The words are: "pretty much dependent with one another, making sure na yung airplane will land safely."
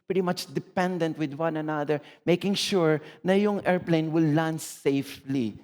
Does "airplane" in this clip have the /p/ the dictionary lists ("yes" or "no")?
yes